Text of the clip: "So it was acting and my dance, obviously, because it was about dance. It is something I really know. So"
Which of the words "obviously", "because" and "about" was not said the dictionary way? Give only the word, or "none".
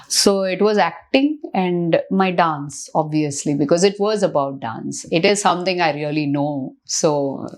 none